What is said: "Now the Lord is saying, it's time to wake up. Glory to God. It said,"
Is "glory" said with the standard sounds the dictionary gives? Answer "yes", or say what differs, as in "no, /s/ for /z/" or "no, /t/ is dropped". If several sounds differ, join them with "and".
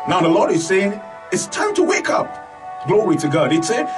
yes